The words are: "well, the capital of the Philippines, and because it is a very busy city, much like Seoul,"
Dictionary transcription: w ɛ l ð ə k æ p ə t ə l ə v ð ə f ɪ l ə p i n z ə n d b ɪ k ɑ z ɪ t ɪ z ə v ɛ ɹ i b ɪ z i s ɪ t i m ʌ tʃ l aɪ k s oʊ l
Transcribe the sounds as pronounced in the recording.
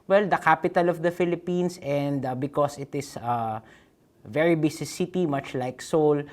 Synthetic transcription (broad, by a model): w ɛ l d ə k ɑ p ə t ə l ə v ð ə f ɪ l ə p i n s ə n d b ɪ k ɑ s ɪ t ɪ s ə v ɛ ɹ i b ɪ s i s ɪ t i m ʌ tʃ l aɪ k s oʊ l